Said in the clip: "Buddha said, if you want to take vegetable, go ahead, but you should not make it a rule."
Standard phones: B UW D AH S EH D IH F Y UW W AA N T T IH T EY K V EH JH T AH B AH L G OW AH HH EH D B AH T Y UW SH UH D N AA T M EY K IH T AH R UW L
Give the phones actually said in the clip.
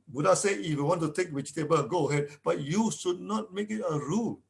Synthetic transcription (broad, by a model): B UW D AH S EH IH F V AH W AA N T T IH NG K W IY CH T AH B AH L G OW AH HH EH D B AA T Y UW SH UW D N AA T M EY K IH T AH R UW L